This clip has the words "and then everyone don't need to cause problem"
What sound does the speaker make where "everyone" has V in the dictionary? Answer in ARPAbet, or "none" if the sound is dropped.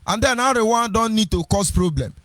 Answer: none